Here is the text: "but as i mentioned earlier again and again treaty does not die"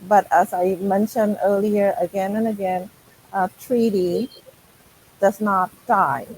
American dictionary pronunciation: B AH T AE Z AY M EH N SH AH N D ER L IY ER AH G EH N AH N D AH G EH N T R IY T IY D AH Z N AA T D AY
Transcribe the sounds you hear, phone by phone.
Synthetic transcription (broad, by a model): B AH T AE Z AY M EH N SH AH N D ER L IY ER AH G EH N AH N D AH G EH N T R IY T IY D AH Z N AA T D AY